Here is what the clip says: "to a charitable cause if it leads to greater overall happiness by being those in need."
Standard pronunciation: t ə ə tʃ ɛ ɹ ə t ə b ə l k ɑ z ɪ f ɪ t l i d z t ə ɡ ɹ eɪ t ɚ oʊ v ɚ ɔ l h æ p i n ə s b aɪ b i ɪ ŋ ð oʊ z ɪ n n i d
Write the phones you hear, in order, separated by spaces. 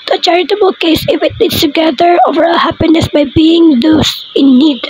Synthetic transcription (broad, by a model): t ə ə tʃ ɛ ɹ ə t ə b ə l k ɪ s ɪ f ɪ t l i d s t ə ɡ eɪ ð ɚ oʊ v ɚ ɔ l h æ p i n ə s b aɪ b i ɪ ŋ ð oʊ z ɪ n n i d